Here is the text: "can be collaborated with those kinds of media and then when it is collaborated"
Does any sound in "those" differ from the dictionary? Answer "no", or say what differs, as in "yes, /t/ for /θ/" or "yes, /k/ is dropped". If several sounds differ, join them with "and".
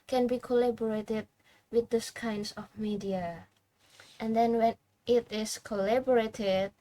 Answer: yes, /s/ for /z/